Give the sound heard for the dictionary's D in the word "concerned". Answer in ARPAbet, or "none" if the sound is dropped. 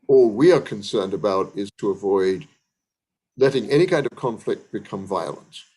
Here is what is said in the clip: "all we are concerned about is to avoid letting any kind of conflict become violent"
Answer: D